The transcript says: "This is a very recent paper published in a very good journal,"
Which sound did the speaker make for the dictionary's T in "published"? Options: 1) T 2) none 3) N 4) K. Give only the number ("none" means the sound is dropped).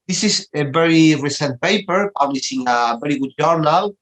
2